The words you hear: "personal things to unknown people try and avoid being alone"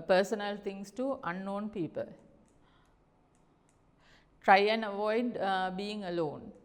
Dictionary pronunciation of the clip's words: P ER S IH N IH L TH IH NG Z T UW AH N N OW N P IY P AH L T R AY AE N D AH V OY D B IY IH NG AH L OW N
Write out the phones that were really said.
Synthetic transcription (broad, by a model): P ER S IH N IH L T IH NG S T UW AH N N OW N P IY P AH L T R AY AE N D AH V OY D B IY IH NG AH L OW N